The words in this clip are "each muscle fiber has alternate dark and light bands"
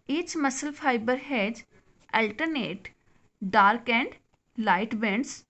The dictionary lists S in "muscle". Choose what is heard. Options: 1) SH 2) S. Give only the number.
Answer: 2